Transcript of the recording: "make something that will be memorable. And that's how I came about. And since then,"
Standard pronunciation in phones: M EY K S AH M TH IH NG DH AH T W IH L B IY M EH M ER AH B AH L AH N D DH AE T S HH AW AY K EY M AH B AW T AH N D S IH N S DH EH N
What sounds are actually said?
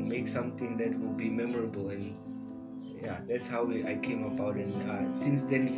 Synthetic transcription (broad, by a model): M EY K S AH M T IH NG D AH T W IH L B IY M EH M ER AH B AH L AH N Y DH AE T S HH AW AY K EY M AH B AW T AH N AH S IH N S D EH N